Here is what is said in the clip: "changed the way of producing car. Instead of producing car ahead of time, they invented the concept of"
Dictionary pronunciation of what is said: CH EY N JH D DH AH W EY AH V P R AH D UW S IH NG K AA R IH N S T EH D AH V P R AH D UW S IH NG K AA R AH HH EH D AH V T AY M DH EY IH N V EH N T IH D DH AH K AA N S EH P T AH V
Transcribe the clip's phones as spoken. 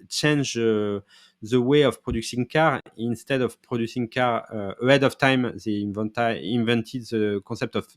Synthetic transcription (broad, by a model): CH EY N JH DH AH W EY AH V P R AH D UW S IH NG K AA R IH N S T EH D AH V P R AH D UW S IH NG K AA R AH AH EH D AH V T AY M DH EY IH N V EH N T IH D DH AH K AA S EH P T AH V